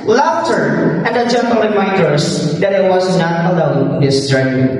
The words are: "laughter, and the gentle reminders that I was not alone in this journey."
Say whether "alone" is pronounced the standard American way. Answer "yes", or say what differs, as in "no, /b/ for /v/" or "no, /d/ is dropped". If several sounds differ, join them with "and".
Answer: no, /n/ is dropped